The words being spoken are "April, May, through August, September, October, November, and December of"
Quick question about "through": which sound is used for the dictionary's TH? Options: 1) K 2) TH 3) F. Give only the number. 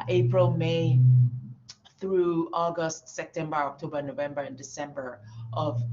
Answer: 2